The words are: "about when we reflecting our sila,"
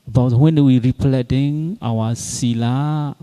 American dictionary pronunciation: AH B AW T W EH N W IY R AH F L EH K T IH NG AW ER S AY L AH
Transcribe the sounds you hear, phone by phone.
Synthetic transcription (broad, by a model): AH B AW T W EH N W IY R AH P L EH T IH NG AW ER S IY L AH